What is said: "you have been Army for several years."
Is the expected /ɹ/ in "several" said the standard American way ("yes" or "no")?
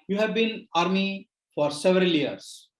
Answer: yes